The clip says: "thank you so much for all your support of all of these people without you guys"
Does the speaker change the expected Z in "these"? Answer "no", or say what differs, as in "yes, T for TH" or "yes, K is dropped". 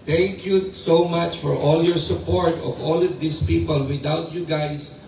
yes, S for Z